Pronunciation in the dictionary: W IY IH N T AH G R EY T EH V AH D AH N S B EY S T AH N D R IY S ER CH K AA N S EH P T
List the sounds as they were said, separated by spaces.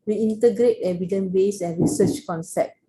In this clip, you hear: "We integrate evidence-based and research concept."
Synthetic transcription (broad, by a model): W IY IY N T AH G R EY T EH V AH D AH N B EY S AH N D R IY S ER CH K AA N S EH P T